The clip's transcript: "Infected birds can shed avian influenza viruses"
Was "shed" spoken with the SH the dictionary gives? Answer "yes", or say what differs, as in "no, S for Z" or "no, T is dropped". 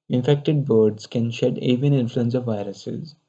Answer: yes